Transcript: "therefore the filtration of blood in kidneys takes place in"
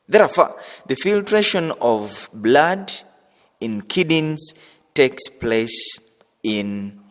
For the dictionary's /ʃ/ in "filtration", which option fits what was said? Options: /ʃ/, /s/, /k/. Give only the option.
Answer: /ʃ/